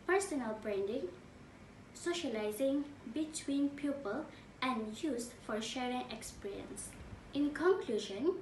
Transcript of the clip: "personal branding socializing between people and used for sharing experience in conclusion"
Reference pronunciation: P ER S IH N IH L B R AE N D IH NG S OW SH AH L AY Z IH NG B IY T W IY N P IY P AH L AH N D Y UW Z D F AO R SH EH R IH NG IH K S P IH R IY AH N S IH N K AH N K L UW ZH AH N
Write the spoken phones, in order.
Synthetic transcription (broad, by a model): P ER S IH N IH L B R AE N D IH NG S OW SH AH L AY Z IH NG B IY T W IY N P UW P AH L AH N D Y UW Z F AO R SH EH R IH NG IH K S P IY R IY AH N S IH N K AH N K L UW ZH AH N